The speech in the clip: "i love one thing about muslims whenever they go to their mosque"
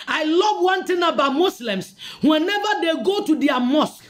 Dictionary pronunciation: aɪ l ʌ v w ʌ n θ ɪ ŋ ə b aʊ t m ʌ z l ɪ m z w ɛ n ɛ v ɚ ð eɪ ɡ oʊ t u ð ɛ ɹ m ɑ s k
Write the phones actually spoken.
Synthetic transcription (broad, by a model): aɪ l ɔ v w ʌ n t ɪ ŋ ə b aʊ t m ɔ s l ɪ m s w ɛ n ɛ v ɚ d eɪ ɡ oʊ t u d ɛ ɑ m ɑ s k